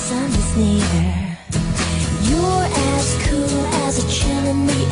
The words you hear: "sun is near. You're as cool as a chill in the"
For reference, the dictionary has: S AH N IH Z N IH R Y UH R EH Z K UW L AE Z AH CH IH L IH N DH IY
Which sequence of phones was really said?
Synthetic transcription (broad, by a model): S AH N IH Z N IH R Y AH R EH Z K UW L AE Z AH CH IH N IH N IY